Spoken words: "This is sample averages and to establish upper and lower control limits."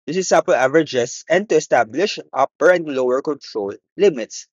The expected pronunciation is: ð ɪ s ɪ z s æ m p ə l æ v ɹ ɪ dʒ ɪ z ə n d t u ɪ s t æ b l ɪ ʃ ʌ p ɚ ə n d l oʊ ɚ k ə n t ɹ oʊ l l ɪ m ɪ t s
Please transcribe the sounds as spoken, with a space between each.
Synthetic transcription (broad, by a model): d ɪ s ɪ s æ p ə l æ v ɹ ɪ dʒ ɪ s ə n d t u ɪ s t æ b l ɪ ʃ ʌ p ɚ ə n d l oʊ ɚ k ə n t ɹ oʊ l l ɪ m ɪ t s